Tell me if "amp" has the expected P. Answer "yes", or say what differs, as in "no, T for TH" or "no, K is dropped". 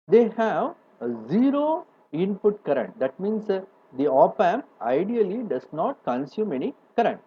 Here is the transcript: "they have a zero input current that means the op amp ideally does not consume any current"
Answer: no, P is dropped